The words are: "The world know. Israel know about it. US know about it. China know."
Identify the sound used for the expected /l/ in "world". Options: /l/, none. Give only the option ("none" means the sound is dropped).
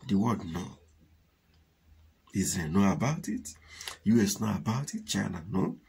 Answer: none